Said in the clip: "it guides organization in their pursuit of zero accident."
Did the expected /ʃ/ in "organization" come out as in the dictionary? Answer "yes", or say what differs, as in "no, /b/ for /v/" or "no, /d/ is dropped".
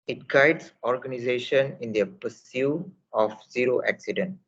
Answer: yes